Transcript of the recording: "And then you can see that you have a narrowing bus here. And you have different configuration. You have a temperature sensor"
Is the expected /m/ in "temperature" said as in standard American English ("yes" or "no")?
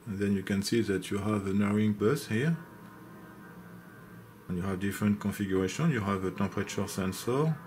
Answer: no